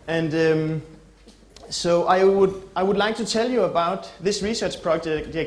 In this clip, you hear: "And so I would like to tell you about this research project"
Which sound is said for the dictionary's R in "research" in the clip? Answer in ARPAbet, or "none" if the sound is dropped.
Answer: R